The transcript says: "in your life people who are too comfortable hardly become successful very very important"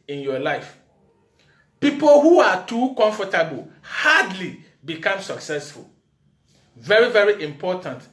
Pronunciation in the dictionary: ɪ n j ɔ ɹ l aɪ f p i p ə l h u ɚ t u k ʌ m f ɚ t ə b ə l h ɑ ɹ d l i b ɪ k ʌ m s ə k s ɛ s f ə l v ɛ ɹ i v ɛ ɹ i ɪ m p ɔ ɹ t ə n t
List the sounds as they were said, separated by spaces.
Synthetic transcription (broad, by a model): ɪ n j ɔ l aɪ f p i p ə l h u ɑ t u k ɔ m f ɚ t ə b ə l h ɑ d l i b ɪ k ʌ m s ə k s ɛ s f ə l v ɛ ɹ i v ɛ ɹ i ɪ m p ɔ t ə n t